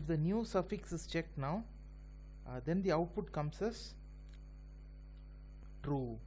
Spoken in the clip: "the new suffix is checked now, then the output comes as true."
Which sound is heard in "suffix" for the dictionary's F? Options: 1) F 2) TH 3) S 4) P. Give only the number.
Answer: 1